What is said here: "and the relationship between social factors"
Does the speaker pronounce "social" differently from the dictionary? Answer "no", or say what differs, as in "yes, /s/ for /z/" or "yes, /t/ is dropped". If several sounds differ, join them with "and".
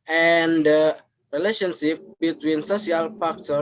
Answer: yes, /s/ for /ʃ/